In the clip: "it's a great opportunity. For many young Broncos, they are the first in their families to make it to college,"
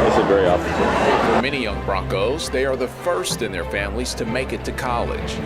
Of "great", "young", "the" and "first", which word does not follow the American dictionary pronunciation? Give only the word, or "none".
great